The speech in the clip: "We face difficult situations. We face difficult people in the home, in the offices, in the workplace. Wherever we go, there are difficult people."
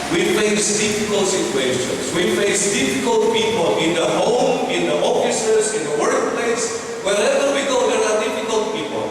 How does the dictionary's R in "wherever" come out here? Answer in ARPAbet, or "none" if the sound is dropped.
L